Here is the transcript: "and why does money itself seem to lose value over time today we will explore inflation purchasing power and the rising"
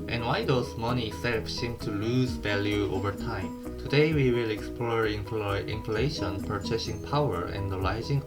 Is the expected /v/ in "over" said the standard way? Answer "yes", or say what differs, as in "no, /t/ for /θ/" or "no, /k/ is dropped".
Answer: yes